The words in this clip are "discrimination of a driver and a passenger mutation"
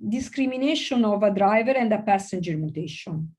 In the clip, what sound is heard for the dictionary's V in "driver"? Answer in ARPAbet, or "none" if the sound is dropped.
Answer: V